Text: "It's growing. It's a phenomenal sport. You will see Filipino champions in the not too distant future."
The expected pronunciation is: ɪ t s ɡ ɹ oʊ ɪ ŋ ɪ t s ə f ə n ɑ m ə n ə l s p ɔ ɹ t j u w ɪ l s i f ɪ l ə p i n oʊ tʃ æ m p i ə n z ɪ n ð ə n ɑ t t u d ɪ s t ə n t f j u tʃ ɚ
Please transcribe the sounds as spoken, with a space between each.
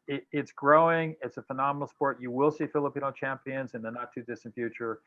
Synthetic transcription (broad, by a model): ɪ t s ɡ ɹ oʊ ɪ ŋ ɪ t s ə f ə n ɑ m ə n l s p ɔ ɹ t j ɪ w ɪ l s i f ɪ l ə p i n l tʃ æ m p i ə n z ɪ n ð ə n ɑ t t u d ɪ s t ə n f j u tʃ ɚ